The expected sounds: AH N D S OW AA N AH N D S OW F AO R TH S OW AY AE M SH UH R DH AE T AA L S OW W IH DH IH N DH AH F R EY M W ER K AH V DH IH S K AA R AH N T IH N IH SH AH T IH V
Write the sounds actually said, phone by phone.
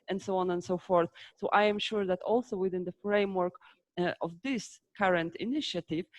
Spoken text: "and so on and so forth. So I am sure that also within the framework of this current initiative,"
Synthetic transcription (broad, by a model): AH N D S OW AA N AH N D S OW F AO R TH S OW AY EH M SH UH R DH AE T AA L S OW W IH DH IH N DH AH F R EY M W ER K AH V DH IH S K AA R AH N T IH N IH SH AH T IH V